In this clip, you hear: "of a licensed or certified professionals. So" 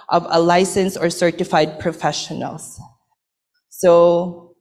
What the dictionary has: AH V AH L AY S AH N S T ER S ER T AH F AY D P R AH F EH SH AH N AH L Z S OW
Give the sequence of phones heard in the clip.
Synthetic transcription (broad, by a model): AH V AH L AY S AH N S ER S ER T AH F AY D P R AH F EH SH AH N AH L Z S OW